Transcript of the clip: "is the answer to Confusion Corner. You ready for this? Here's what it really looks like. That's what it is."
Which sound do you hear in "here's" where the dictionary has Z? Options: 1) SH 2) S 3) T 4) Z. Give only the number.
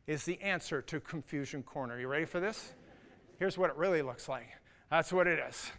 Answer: 4